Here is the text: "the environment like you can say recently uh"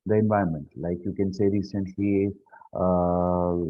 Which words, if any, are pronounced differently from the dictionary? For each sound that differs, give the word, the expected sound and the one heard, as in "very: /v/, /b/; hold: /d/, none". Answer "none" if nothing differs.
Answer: environment: /ɹ/, none